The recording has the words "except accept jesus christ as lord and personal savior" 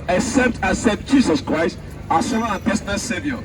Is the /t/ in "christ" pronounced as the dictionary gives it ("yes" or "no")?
yes